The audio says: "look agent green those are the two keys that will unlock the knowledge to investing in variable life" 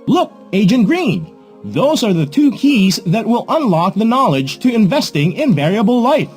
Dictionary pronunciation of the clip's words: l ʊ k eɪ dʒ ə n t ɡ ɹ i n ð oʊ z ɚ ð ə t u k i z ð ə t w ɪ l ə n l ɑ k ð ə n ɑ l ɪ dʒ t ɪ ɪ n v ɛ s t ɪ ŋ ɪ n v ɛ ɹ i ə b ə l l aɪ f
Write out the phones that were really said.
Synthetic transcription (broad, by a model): l ʊ k eɪ dʒ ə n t ɡ ɹ i n ð oʊ z ɚ ð ə t u k i z ð ə t w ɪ l ə n l ɑ k ð ə n ɑ l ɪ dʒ t ɪ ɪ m v ɛ s t ɪ ŋ ɪ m v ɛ ɹ i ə b l l aɪ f